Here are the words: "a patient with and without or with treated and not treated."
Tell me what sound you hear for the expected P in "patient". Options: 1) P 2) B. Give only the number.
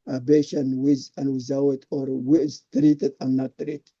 2